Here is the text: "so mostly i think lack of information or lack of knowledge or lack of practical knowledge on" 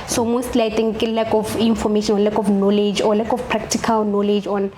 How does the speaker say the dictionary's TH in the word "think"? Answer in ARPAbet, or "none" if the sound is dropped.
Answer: T